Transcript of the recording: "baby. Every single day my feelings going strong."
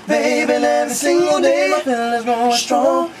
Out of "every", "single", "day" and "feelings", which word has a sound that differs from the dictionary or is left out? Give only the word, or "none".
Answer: feelings